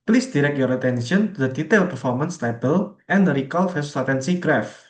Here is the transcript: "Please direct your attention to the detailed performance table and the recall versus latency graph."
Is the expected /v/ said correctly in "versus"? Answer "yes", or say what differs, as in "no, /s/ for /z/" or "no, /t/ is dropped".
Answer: no, /f/ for /v/